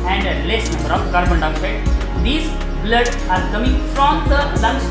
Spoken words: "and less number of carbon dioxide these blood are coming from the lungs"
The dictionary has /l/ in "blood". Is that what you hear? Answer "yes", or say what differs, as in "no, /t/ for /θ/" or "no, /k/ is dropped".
yes